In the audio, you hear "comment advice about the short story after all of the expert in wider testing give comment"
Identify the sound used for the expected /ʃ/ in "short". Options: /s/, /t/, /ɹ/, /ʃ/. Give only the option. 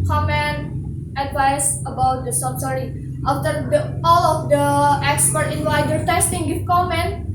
/s/